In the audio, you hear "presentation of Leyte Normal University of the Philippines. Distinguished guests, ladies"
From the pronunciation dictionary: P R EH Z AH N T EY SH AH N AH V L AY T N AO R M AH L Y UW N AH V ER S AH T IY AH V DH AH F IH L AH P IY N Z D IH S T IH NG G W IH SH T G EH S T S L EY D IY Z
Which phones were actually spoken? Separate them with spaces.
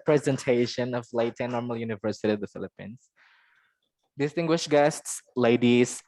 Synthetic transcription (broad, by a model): P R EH Z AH N T EY SH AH N AH V L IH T N AO R M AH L Y UW N AH V ER S AH T IY AH V DH AH F IH L AH P IY N Z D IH S T IH NG G W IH SH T G EH S T S L EY D IY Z